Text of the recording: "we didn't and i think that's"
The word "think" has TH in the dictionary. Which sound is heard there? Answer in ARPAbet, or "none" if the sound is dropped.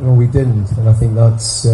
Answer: TH